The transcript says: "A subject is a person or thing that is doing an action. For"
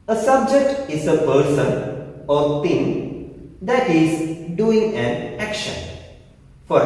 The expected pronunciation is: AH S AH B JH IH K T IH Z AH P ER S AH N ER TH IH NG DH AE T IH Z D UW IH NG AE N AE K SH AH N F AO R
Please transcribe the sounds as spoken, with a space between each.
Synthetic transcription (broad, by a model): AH S AH B JH IH K T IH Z AH P ER S AH N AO T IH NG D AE T IH Z D UW IH NG AE N AE K SH AH N F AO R